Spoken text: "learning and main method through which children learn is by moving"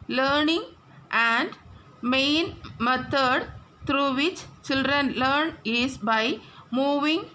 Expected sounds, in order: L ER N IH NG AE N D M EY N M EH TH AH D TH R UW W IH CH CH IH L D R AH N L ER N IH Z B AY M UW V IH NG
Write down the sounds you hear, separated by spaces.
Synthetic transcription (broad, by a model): L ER N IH NG AE N D M EY N M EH T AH D T R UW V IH CH CH IH L D R AH N L ER N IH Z B AY M UW V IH NG